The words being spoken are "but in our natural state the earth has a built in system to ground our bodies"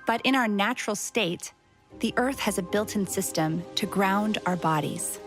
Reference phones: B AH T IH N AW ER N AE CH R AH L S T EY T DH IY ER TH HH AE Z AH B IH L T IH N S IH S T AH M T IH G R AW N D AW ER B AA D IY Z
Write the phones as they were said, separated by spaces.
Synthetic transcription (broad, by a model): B AH T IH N AW ER N AE CH R L S T EY T DH IY ER TH HH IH Z AH B IH L T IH N S IH S T AH M T IH G R AW N D AW ER B AA D IY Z